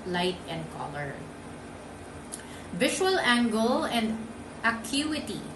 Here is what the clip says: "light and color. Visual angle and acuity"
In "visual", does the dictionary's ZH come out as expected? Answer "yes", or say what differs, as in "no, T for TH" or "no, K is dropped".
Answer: no, SH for ZH